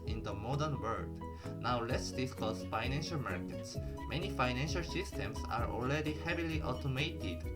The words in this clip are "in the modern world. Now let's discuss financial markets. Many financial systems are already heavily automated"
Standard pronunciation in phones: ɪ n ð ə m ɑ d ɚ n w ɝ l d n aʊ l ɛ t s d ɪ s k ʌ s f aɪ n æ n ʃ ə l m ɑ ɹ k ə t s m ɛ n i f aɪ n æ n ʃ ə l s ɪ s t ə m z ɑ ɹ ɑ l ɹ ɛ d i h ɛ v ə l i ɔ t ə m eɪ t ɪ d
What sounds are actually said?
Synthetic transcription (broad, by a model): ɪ n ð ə m ɑ d ɚ n w ɝ l d n aʊ l ɛ t s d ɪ s k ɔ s f aɪ n æ n ʃ ə l m ɑ ɹ k ə t s m ɛ n i f aɪ n æ n ʃ ə l s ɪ s t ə m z ɑ ɹ ɑ l ɹ ɛ d i h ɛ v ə l i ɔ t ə m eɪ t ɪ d